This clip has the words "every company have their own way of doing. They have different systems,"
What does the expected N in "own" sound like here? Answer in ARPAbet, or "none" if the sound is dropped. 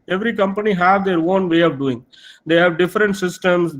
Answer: N